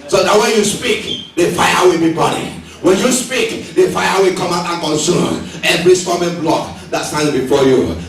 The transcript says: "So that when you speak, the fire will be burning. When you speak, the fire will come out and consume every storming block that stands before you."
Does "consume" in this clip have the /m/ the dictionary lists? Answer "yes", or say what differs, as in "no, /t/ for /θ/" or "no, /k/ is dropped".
no, /m/ is dropped